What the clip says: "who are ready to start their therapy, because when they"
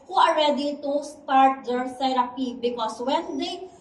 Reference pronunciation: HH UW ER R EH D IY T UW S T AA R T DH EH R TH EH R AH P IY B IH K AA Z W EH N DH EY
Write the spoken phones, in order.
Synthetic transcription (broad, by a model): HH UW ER R EH D IY T UW S T AA R T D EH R S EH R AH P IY B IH K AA S W EH N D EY